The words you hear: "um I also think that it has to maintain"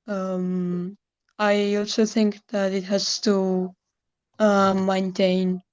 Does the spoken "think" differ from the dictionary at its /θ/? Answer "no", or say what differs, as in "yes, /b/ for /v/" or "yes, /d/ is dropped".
no